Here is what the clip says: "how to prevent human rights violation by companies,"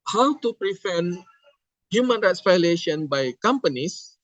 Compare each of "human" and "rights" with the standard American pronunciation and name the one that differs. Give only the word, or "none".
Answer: none